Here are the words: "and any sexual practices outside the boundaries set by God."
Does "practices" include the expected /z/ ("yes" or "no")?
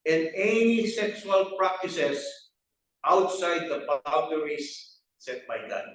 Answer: no